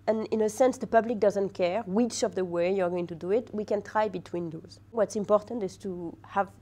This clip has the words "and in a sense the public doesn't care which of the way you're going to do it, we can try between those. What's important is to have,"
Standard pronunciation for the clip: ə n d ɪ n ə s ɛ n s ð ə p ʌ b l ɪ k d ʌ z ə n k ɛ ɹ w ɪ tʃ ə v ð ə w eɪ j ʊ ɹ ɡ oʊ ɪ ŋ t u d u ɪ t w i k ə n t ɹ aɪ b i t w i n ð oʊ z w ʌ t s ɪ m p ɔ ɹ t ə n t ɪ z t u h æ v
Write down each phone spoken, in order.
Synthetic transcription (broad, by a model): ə n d ɪ n ə s ɛ n s ð ə p ʌ b l ɪ k d ʌ z ə n k ɛ ɹ w ɪ tʃ ə v ð ə w eɪ j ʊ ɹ ɡ oʊ ɪ ŋ t u d u ɪ t w i k ə n t ɹ aɪ b i t w i n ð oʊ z w ʌ t s ɪ m p ɔ ɹ t ə n t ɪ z t u h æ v